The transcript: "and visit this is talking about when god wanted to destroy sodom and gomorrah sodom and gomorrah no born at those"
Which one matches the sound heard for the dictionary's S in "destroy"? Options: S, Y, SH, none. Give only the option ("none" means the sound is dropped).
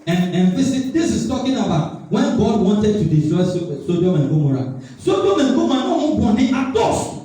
none